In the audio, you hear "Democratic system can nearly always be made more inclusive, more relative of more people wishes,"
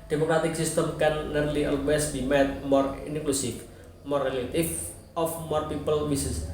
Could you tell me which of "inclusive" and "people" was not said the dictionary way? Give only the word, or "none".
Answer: inclusive